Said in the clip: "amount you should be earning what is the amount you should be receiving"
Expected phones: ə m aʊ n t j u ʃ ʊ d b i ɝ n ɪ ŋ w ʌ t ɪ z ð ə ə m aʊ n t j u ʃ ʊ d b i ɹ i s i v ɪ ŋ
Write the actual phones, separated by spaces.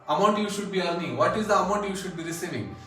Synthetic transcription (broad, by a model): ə m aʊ n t j u ʃ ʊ d b i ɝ l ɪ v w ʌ t ɪ z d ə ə m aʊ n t j u ʃ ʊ d b i ɹ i s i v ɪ ŋ